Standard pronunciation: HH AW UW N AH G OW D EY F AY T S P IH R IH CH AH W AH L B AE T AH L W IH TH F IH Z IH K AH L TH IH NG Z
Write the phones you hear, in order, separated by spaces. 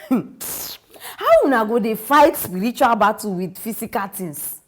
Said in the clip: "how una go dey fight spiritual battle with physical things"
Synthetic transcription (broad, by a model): HH AW UW N AH G OW D EY F AY T S P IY R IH CH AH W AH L B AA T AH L W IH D F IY S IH K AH L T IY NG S